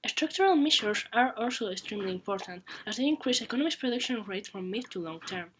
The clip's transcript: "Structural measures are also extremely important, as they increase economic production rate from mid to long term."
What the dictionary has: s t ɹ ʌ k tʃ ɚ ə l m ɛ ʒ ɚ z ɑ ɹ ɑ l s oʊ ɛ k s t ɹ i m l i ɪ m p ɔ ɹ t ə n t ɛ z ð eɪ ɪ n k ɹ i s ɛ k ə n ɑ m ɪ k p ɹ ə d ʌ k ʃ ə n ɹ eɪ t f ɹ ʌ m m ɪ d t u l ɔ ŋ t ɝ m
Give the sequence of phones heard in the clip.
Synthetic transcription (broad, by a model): s t ɹ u k tʃ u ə l m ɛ ʃ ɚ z ɑ ɹ ɑ l s oʊ ɛ k s t ɹ i m l i ɪ m p ɔ ɹ t ə n t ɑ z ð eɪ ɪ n k ɹ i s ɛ k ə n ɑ m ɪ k p ɹ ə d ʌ k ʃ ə n ɹ eɪ t f ɹ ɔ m m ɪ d t u l ɔ ŋ t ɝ m